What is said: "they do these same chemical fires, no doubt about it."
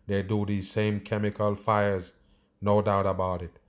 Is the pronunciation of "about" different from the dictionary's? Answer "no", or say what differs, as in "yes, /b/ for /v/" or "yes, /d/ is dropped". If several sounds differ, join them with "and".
no